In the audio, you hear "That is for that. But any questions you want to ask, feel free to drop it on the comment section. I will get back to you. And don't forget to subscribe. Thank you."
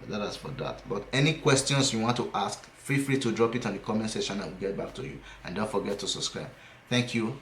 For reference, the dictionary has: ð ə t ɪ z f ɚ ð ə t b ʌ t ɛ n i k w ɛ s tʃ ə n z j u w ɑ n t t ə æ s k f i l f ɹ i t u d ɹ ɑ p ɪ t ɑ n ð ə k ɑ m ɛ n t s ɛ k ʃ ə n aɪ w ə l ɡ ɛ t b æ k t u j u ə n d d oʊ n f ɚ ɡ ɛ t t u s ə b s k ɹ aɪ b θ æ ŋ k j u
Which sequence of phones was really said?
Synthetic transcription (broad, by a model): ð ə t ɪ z f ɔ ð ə t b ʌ t ɛ n i k w ɛ s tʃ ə n s j u w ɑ n t t ə s k f i f ɹ i t u d ɹ ɑ p ɪ t ɑ n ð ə k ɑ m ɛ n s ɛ ʃ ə n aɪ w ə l ɡ ɛ t b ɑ k t u j u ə n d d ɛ f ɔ ɡ ɛ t t u s ə b s k ɹ aɪ b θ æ ŋ k j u